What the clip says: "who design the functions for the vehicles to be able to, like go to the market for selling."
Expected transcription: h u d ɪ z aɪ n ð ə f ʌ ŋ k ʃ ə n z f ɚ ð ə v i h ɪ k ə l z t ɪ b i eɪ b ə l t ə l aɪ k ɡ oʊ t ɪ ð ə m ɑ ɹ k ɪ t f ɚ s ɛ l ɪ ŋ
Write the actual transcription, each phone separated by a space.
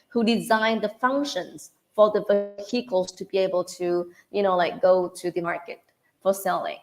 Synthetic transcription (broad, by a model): h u d ɪ z aɪ n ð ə f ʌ ŋ k ʃ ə n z f ɚ ð ə v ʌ h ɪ k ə l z t ɪ b i eɪ b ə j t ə l aɪ k ɡ oʊ t ɪ ð ə m ɑ ɹ k ɪ t f ɚ s ɛ l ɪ ŋ